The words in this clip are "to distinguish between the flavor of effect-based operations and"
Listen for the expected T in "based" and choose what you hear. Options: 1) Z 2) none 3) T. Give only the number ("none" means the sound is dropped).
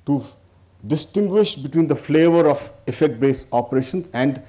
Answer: 2